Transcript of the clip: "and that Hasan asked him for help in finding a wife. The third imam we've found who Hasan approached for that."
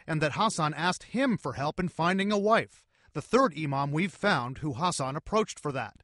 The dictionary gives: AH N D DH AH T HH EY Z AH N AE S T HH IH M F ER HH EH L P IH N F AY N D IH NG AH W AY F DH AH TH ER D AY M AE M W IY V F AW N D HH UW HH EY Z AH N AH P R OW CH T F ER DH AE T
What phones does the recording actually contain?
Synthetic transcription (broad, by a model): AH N DH AH T HH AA S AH N AE S T HH IH M F ER HH EH L P IH N F AY N D IH NG AH W AY F DH AH TH ER D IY M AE M W IY V F AW N D HH UW HH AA S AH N AH P R OW CH T F ER DH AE T